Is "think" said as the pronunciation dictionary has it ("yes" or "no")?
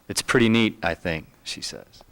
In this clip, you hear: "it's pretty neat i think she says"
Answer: yes